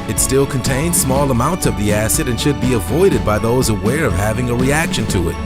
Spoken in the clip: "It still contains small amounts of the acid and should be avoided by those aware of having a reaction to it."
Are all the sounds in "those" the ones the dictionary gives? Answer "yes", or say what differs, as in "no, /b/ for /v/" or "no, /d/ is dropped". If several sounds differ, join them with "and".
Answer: yes